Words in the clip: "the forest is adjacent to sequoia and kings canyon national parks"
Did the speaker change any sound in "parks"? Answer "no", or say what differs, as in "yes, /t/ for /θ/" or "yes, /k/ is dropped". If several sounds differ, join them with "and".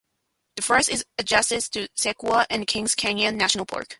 yes, /s/ is dropped